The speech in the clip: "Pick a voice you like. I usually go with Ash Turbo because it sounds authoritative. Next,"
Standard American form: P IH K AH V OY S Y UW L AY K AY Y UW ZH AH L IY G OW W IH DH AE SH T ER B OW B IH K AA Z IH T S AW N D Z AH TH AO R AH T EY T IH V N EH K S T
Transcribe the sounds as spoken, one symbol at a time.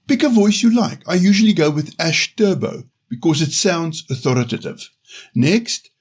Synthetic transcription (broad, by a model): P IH K AH V OY S Y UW L AY K AY Y UW ZH AH L IY G OW W IH DH AE SH T ER B OW B IH K AA Z IH T S AW N D Z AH TH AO R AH T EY T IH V N EH K S T